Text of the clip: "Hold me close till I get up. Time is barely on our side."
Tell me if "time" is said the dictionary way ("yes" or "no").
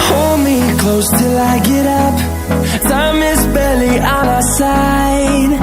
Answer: no